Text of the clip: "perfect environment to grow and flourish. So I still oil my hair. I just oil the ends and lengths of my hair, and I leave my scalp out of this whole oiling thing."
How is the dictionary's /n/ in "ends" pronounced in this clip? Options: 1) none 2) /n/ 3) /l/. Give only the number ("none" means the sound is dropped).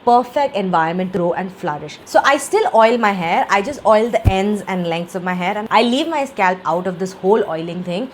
2